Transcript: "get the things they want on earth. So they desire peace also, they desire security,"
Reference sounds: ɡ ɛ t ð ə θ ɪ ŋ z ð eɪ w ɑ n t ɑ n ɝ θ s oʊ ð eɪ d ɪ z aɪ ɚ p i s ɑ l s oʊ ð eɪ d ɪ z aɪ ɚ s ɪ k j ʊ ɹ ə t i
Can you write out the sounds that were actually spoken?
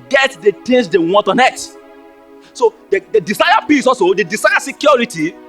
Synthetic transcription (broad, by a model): ɡ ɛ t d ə t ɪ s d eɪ w ɑ n t ɑ n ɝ t s oʊ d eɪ d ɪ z aɪ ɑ b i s ɑ l s oʊ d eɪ d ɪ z aɪ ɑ s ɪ k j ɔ ɹ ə t i